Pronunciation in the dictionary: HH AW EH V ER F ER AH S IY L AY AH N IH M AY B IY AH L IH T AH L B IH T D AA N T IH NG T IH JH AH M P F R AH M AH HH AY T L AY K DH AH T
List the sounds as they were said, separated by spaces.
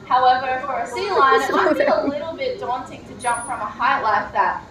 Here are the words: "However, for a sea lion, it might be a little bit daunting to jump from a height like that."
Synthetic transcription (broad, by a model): HH AW EH V ER F ER AH S IY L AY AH IH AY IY AH L IH T L B IH T D AA N T IH NG T IH JH AH M P F R AH M AH HH AY L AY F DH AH T